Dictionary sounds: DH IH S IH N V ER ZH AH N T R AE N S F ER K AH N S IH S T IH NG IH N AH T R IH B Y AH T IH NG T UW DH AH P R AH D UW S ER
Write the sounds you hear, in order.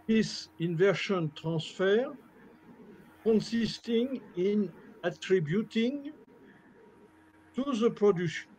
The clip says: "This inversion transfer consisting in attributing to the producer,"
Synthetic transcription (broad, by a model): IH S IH N V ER SH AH N T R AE S F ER K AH N S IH S T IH NG IH N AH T R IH B Y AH T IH NG T UW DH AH P R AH D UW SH